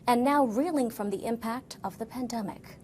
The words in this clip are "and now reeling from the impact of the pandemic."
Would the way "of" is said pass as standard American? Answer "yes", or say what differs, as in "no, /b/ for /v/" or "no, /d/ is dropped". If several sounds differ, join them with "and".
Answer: yes